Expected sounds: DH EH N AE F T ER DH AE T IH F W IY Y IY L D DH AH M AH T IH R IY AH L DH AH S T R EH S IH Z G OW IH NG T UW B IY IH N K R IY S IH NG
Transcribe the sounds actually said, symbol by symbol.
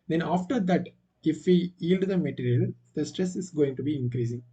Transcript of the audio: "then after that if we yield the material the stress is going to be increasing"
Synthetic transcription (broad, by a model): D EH N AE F T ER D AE T IH F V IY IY L D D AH M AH T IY R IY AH L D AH S T R EH S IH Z G OW IH NG T UW B IY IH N K R IY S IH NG